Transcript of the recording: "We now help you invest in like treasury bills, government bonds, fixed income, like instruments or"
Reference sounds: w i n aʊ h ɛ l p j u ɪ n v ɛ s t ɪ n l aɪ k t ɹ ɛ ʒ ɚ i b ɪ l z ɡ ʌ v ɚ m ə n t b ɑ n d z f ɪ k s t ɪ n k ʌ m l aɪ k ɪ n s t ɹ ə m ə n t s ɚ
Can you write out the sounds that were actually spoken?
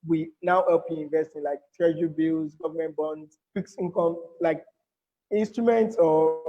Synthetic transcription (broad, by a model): w i n aʊ h ɛ l p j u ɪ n v ɛ s t ɪ n l aɪ k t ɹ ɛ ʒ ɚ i b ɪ l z ɡ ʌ v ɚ m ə n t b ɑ n d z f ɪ k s ɪ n k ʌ m l aɪ k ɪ n s t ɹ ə m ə n t s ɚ